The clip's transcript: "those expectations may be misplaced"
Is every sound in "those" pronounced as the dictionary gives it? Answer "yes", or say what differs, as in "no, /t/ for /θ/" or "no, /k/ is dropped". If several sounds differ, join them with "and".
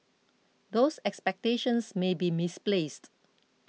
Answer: no, /s/ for /z/